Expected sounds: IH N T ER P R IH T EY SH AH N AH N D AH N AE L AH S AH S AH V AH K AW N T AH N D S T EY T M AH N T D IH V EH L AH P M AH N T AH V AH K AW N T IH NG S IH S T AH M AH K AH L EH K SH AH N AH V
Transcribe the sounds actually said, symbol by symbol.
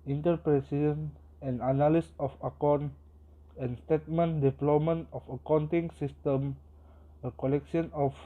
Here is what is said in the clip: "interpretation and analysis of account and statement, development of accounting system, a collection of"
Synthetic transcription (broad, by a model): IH N T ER P R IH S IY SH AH N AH N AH N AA L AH S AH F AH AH K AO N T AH N S T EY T M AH N D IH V L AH M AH N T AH F AH K AW N T IH NG S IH S T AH M AH K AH L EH K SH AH N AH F